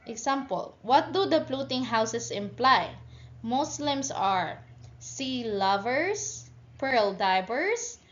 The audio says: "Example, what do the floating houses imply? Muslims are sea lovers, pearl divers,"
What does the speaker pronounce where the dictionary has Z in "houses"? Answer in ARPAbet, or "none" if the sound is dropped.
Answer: S